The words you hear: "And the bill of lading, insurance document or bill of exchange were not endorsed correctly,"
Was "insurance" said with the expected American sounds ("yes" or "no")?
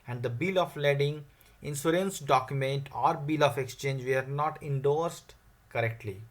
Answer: no